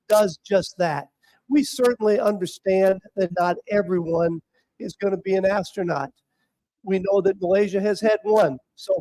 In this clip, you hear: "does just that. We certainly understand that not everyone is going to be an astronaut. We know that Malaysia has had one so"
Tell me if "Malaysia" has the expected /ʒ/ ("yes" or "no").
yes